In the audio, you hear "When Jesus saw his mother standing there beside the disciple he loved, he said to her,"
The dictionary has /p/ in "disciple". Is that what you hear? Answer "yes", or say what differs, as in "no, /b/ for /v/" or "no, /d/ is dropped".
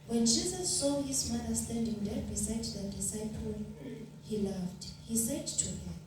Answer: yes